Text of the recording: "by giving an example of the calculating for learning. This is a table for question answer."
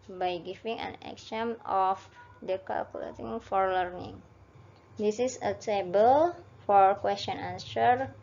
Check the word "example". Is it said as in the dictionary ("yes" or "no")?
no